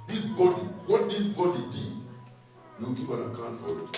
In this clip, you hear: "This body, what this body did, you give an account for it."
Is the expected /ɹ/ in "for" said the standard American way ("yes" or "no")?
no